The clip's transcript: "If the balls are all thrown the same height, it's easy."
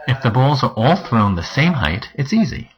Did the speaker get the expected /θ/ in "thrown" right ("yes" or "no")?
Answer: yes